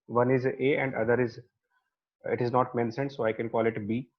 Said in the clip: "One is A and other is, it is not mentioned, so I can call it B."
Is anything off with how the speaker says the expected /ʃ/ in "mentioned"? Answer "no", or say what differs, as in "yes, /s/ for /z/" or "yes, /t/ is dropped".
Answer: yes, /s/ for /ʃ/